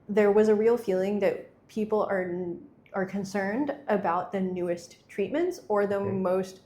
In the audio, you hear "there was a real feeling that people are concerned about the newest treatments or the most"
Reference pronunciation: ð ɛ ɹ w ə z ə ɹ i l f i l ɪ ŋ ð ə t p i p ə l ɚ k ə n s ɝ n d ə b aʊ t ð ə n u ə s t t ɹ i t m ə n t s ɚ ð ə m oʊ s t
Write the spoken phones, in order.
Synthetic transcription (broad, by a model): ð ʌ ɹ w ə z ə ɹ i l f i l ɪ ŋ ð ə t p i p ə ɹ ɚ k ə n s ɝ n d ə b aʊ t ð ə n u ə s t t ɹ i t m ə n t s ɚ ð ə m oʊ s t